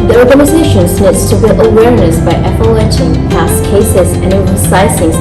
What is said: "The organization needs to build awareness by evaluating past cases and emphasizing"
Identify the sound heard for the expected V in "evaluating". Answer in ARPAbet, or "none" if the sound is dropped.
P